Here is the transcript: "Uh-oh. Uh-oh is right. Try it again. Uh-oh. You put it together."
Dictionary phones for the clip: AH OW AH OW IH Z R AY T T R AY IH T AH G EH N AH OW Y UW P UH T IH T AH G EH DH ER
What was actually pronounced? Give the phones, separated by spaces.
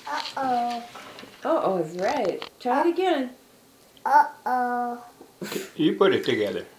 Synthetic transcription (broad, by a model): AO OW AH OW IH S R AY T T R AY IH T AH G EH N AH OW Y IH P UH T IH T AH G EH DH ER